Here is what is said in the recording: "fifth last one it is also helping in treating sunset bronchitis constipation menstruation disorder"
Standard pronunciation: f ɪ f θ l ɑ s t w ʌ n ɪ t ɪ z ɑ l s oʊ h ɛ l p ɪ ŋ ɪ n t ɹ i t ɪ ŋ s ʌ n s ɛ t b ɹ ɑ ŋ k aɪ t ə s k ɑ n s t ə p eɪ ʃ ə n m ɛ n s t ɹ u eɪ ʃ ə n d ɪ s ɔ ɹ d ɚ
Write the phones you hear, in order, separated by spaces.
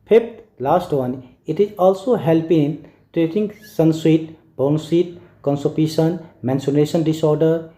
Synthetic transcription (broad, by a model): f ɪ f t l ɑ s t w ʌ n ɪ t ɪ z ɑ l s oʊ h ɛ l p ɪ ɪ n t ɹ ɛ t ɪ ŋ s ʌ n s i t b ɑ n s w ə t k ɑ n s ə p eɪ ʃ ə n m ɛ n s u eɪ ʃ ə n d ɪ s ɔ ɹ d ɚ